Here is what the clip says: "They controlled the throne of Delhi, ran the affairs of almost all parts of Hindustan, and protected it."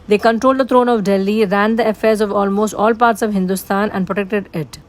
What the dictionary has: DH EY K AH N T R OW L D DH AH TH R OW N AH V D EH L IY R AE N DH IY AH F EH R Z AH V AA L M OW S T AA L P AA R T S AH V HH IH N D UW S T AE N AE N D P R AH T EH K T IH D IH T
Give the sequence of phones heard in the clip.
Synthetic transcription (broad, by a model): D EY K AH N T R OW L D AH T R OW N AH V D EH L IY R AE N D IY AH F EH R Z AH V AA L M OW S T AA L P AA R T S AH V HH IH N D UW S T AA N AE N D P R AH T EH K T IH D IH T